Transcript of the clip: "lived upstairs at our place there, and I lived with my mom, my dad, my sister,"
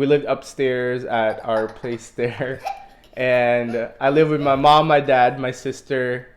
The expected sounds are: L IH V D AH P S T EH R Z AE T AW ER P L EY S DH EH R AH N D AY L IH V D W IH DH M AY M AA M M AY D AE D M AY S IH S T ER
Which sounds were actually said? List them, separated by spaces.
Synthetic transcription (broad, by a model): L IH V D AH P S T EH R Z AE T AW ER P L EY S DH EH R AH N AY L IH V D W IH DH M AY M AA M M AY D AE D M AY S IH S T ER